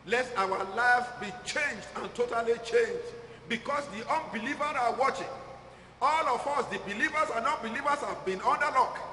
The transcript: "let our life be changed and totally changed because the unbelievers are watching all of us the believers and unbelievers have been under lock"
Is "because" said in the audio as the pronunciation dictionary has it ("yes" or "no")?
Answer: no